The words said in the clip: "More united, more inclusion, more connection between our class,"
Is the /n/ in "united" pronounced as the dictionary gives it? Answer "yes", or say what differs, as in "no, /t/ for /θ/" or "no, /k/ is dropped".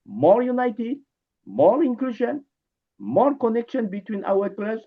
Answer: yes